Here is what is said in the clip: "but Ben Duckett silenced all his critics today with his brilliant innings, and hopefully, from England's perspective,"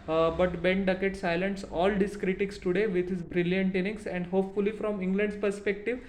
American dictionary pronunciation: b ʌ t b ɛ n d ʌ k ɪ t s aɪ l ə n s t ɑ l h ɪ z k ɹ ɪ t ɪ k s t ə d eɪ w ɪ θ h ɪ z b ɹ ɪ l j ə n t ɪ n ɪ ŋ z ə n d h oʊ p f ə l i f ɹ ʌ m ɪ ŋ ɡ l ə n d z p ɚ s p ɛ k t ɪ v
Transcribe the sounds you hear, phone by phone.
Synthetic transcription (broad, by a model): b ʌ t b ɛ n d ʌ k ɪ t s aɪ l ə n s ɑ l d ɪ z k ɹ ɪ t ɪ k s t ə d eɪ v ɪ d h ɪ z b ɹ ɪ l j ə n t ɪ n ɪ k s ə n d h oʊ p f ə l i f ɹ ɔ m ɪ ŋ ɡ l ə n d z p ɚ s p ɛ k t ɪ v